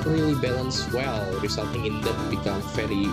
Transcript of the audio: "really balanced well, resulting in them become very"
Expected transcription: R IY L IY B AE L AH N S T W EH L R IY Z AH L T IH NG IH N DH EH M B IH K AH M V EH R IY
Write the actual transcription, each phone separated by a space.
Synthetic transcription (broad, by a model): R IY L IY B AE L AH N S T W EH L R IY S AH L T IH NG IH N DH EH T B IH K AH M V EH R IY